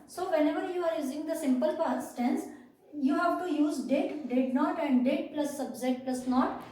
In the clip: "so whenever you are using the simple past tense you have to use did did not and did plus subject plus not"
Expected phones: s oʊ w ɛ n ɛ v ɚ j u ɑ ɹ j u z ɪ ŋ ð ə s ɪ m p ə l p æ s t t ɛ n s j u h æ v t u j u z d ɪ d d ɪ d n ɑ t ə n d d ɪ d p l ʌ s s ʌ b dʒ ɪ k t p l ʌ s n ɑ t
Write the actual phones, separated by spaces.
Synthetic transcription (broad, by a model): s oʊ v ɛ n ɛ v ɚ j u ɑ ɹ j u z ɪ ŋ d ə s ɪ m p ə l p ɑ s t t ɛ n s j u h æ v t u j u z d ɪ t d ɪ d n ɑ t ə n d d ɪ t p l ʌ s s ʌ b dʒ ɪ t p l ʌ s n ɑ t